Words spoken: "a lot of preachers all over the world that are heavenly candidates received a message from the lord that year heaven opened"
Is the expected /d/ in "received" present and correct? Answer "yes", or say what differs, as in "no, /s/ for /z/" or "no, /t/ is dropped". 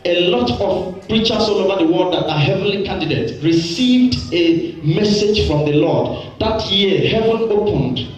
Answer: yes